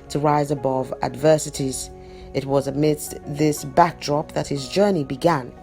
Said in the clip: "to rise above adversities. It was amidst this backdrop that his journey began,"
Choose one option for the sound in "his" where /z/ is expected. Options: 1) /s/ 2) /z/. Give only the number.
2